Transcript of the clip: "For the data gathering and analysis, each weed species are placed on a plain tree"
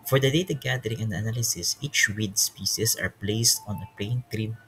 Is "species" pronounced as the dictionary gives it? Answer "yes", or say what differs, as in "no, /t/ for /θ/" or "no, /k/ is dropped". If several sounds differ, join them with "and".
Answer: no, /s/ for /ʃ/ and /s/ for /z/